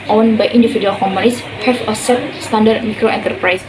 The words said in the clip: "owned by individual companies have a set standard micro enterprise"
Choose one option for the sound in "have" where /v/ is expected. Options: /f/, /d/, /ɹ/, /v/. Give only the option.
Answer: /f/